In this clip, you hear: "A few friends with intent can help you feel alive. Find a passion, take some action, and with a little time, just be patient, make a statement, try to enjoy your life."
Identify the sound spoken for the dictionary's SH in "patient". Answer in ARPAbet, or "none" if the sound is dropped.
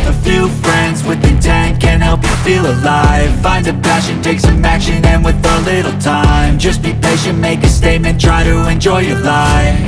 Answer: none